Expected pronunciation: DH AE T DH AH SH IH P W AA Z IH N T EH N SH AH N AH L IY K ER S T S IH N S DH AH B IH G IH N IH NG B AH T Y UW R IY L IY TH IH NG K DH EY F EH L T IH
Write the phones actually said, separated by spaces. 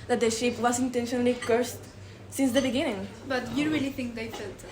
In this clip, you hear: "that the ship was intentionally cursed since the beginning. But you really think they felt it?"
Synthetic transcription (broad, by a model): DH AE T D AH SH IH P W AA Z IH N T EH N SH AH N AH L IY K ER S T S IH N S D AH B IH G IH N IH NG B AH T Y UW R IY L IY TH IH NG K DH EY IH T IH